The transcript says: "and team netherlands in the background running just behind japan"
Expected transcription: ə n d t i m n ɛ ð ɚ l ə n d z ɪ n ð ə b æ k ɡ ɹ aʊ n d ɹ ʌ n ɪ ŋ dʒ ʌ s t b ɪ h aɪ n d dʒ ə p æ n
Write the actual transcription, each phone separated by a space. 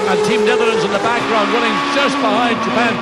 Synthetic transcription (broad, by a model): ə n t i m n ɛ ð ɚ ə n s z ɪ n ð ə b æ k ɡ ɹ aʊ n d w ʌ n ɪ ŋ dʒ ʌ s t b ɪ h aɪ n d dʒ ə p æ n